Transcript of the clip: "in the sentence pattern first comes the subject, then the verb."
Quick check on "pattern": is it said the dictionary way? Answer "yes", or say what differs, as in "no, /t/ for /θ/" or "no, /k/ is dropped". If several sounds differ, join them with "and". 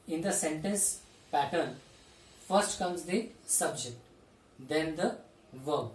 yes